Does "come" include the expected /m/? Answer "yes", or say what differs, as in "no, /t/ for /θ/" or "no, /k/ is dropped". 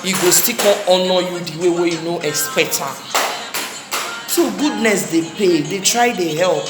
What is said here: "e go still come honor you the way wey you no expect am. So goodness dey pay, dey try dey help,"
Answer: no, /m/ is dropped